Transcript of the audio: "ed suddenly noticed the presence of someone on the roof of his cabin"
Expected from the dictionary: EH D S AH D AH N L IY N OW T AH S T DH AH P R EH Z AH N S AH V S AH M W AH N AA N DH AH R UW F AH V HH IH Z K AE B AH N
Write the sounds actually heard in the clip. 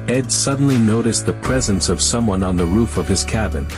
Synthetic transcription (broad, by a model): EH D S AH D N L IY N OW T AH S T DH AH P R EH Z AH N S AH V S AH M W AH N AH N DH AH R UW F AH V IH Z K AE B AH N